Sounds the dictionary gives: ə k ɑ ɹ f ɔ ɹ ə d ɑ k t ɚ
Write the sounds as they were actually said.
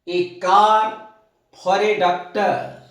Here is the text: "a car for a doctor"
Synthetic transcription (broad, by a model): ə k ɑ ɹ p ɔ ɹ ə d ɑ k t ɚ